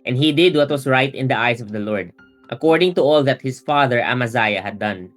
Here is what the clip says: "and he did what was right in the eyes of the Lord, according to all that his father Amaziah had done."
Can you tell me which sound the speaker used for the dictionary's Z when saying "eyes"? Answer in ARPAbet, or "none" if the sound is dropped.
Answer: S